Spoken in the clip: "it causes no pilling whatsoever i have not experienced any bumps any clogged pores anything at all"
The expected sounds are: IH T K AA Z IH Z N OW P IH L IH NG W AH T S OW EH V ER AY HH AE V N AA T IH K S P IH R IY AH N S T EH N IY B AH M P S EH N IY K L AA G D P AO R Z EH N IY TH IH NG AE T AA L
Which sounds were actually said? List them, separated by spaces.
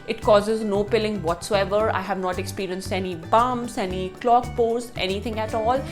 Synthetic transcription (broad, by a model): IH T K AA Z IH Z N OW P IH L IH NG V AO T S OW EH V ER AY HH AE V N AA T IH K S P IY R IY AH N S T EH N IY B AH M S EH N IY K L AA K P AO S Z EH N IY T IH NG AE T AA L